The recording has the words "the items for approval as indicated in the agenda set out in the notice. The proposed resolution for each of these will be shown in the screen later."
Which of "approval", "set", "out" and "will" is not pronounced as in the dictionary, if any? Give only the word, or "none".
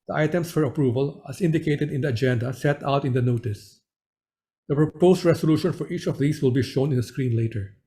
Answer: none